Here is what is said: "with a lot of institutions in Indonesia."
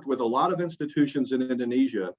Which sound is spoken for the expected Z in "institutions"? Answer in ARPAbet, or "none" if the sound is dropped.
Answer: Z